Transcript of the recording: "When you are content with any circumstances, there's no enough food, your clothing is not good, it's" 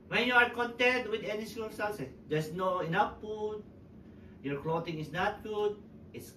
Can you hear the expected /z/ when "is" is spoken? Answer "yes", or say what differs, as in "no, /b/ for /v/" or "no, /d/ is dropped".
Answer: no, /s/ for /z/